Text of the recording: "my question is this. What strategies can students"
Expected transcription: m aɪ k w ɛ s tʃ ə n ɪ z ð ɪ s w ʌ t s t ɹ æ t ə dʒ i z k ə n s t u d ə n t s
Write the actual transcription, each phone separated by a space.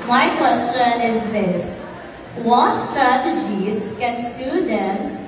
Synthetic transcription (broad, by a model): m aɪ k w ɛ s tʃ ə n ɪ z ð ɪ s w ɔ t s t ɹ æ t ə dʒ i z k ə n s t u d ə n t s